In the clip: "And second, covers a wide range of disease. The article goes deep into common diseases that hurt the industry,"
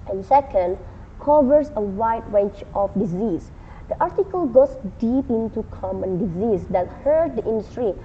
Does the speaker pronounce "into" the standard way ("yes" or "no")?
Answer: yes